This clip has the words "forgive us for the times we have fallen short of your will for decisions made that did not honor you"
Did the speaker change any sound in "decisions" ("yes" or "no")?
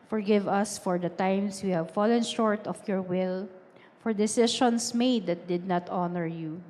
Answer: yes